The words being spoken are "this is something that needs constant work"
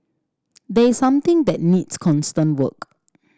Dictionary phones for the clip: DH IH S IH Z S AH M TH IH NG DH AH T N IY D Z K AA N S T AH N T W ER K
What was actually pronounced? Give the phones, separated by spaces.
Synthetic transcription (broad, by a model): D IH IH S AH M T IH NG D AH T N IY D S K AA N S T AH N T W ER K